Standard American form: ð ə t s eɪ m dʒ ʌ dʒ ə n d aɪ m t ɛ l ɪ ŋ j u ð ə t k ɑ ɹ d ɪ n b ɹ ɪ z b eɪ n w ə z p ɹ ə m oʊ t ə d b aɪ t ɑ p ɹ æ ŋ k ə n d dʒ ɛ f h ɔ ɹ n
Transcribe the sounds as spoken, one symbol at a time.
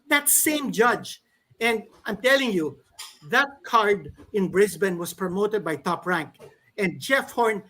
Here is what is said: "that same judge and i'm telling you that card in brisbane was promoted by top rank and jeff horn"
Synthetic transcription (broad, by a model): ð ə t s eɪ m dʒ ʌ dʒ ə n d aɪ m t ɛ l ɪ ŋ j u ð ə t k ɑ ɹ d ɪ n b ɹ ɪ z b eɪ n w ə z p ɹ ə m oʊ t ə d b aɪ t ɑ p ɹ æ ŋ k ə n d dʒ ɛ f h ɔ ɹ n